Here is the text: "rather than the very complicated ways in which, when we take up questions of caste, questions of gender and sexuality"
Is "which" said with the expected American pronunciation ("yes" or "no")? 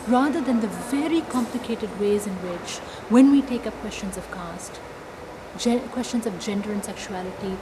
yes